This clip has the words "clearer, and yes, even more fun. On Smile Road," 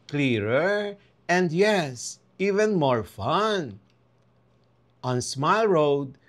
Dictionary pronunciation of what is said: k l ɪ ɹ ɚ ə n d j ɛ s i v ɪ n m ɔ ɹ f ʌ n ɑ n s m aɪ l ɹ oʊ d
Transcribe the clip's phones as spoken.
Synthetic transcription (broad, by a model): k l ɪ ɹ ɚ ə n d j ɛ s i v ɪ n m ɔ ɹ f ʌ n ɑ n s m aɪ l ɹ oʊ d